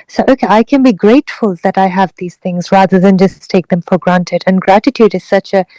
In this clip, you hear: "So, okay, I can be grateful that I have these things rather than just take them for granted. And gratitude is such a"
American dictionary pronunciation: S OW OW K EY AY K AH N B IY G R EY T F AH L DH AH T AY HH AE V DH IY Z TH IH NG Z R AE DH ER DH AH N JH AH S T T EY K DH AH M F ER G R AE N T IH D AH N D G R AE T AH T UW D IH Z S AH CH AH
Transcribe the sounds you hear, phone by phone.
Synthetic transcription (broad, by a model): S OW OW K EY AY K AH N B IY G R EY T F AH L DH AH T AY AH V DH IY Z TH IH NG Z R AE DH ER DH AH N JH AH S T T EY K DH AH M F ER G R AE N T IH D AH N G R AE T AH T UW D IH Z S AH CH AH